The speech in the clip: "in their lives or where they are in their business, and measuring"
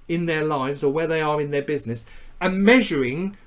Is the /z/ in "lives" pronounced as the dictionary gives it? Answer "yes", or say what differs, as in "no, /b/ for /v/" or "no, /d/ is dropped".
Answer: yes